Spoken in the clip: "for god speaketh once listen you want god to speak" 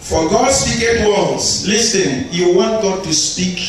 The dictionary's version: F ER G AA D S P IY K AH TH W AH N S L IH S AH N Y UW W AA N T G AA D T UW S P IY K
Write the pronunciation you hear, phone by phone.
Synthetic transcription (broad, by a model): F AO G AA D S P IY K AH T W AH L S L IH S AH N Y UW W AA N T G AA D T UW S P IY K